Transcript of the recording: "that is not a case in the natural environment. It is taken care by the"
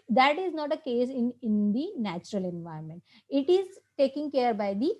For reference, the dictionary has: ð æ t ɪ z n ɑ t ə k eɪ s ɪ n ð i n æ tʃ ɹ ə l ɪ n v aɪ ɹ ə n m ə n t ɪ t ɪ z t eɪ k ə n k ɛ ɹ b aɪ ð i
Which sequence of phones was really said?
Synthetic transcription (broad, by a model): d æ t ɪ z n ɑ t ə k eɪ s ɪ n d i n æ tʃ ɹ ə l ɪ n v aɪ ə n m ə n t ɪ t ɪ z t eɪ k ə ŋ k ɛ ɹ b aɪ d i